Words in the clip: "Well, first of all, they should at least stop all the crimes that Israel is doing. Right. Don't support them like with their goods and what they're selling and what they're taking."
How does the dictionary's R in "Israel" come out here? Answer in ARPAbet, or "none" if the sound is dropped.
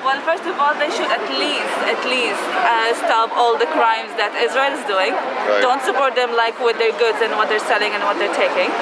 R